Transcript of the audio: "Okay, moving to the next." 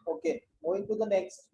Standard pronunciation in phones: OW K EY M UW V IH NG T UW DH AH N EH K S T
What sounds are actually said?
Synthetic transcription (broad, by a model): OW K EY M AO IH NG T UW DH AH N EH K S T